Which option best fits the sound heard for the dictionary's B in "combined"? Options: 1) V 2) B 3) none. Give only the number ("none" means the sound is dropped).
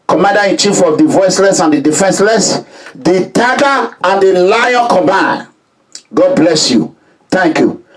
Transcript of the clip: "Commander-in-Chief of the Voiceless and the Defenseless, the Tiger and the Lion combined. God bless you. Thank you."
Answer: 3